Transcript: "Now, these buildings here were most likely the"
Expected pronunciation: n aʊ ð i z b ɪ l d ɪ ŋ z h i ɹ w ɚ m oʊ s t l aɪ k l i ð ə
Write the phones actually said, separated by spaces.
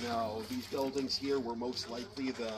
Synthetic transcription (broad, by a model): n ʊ ð i z b ɪ l d ɪ ŋ z h i ɹ w ɚ m oʊ s t l aɪ k l i ð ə